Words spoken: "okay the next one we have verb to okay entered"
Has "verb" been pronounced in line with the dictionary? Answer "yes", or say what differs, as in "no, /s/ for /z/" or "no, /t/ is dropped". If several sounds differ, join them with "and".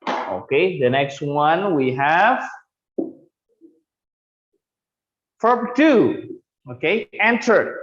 no, /f/ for /v/